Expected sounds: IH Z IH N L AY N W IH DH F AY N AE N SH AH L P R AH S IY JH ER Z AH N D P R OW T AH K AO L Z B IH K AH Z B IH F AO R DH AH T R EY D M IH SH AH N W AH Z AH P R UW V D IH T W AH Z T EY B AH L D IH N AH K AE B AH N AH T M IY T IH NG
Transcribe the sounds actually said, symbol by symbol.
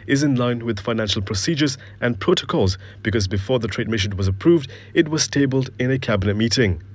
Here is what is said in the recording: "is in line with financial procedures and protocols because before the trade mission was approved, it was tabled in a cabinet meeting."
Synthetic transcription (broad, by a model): IH Z IH N L AY N W IH DH F AY N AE N SH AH L P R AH S IY JH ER Z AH N P R OW T AH K AO L Z B IH K AH Z B IH F AO R DH AH T R EY D M IH SH AH N W AH Z AH P R UW V D IH T W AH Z T EY B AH L D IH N AH K AE B AH N AH T M IY T IH NG